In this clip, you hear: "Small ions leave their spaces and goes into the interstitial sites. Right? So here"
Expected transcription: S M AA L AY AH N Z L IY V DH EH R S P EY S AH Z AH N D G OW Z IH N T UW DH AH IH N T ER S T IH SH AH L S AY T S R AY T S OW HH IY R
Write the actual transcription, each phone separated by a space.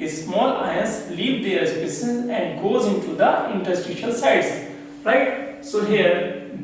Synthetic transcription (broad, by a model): S M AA L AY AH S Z L IY V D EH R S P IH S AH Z AH N D G OW Z IH N T UW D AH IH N T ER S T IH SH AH L S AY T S R AY T S OW HH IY R